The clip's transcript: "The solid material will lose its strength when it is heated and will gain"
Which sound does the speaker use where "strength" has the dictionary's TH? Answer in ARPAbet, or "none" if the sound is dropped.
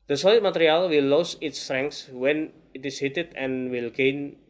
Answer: S